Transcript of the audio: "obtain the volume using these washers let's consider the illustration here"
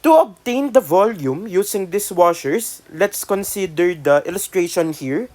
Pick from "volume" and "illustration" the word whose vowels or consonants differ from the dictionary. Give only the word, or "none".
none